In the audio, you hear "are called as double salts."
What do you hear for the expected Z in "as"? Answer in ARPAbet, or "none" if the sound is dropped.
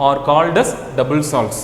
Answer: S